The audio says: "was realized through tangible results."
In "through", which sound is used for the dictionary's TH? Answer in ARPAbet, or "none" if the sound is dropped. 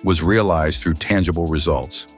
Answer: TH